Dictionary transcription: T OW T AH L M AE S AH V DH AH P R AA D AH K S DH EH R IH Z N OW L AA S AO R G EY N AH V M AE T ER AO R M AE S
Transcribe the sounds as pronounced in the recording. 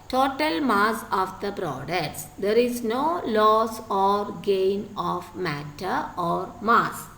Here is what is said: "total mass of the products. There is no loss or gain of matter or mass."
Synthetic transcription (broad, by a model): T OW T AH L M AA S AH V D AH B R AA D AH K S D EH R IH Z N OW L AA S AO R G EY N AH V M AE T ER AO R M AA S